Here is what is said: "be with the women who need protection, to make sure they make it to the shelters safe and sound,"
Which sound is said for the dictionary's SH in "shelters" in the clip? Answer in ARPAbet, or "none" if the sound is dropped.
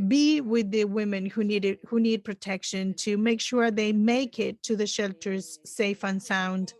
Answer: SH